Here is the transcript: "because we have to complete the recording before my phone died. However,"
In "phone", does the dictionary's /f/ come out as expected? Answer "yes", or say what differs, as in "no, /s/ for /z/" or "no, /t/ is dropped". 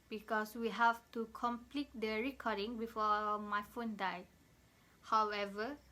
yes